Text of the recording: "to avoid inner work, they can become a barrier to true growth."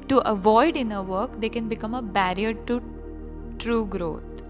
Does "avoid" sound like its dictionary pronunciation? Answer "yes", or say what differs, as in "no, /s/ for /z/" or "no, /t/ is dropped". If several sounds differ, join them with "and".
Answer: yes